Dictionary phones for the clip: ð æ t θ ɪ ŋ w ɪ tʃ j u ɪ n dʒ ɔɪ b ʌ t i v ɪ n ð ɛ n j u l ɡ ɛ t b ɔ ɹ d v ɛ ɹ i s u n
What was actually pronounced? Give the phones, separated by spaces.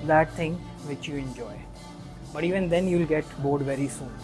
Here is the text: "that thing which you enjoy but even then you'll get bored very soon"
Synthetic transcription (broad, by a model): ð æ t t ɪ ŋ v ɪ tʃ j u ɪ n dʒ ɔɪ b ʌ t i v ɪ n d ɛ n j u l ɡ ɛ t b ɔ ɹ d v ɛ ɹ i s u n